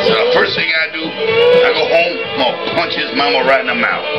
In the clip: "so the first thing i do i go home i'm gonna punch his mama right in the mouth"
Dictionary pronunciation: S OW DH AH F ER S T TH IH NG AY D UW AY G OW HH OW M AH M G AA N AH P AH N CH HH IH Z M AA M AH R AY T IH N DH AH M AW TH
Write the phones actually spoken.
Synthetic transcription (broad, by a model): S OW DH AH F ER S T TH IH NG AY D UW AY G OW HH OW AH M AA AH P AH N CH HH IH Z M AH M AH R AY T IH N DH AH M AW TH